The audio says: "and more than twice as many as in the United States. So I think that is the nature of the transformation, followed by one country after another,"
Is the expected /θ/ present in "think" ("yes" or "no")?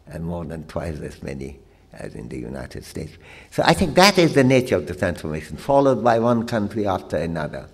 yes